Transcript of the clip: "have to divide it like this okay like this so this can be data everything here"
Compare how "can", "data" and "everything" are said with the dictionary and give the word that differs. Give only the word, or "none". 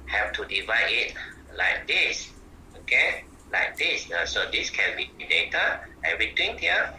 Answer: everything